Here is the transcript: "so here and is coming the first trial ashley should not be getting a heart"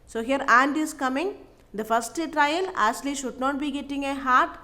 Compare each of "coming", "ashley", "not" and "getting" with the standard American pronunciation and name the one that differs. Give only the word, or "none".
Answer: ashley